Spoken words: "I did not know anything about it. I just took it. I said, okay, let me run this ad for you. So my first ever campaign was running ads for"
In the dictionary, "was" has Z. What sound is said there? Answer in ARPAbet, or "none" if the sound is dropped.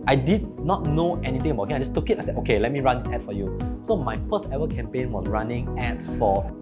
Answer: S